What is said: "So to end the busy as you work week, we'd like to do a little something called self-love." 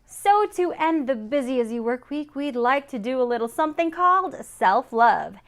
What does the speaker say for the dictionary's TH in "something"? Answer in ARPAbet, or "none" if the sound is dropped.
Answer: TH